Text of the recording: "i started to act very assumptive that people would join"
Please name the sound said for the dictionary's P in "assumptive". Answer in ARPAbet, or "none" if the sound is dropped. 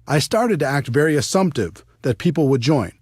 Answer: P